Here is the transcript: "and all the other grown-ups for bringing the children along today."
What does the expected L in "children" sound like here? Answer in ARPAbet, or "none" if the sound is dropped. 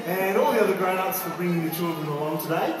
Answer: L